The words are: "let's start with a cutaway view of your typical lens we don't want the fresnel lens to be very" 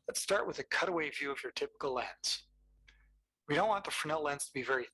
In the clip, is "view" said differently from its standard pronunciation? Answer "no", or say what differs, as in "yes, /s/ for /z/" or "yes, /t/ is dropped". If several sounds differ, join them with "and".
no